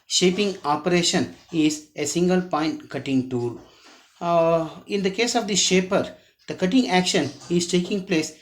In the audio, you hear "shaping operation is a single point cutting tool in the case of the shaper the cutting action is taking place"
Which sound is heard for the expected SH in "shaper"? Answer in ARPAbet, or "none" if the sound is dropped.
SH